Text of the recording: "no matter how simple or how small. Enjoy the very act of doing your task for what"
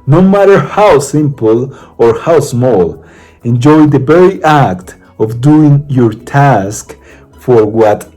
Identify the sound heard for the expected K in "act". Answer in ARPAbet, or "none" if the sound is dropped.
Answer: K